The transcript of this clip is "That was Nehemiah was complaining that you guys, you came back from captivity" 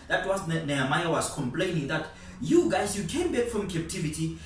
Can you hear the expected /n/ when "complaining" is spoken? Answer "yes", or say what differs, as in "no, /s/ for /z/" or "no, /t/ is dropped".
yes